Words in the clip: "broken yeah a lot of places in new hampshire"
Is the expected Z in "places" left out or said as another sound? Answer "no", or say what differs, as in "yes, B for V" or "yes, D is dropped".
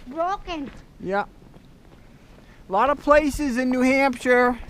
no